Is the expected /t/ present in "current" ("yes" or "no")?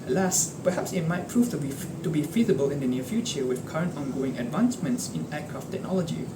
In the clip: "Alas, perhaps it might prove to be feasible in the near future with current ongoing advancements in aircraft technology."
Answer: yes